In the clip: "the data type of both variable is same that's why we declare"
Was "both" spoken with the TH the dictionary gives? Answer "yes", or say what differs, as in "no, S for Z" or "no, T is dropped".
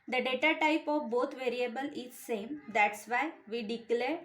no, T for TH